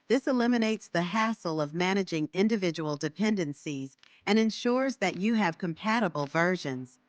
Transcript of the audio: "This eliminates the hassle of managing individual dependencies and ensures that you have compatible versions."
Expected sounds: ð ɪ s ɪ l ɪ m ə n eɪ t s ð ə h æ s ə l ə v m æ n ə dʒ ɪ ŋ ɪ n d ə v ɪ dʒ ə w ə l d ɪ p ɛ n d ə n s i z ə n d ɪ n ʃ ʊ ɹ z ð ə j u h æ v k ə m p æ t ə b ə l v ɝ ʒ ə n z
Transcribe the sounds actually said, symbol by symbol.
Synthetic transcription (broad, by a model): ð ɪ s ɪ l ɪ m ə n eɪ t s ð ə h æ s l ə v m æ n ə dʒ ɪ ŋ ɪ n d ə v ɪ dʒ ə w l d ɪ p ɛ n d ə n s i z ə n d ɪ n ʃ ʊ ɹ z ð ə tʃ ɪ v k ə m p æ t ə b l v ɝ ʒ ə n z